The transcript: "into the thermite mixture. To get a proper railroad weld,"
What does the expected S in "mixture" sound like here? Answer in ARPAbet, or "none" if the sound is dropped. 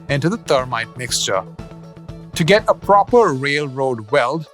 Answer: S